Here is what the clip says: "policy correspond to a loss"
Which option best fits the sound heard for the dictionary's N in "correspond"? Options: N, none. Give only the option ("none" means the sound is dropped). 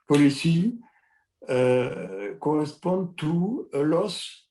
none